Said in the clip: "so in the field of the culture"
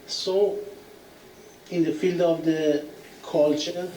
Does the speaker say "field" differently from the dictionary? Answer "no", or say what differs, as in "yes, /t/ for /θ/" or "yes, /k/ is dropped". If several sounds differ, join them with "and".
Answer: no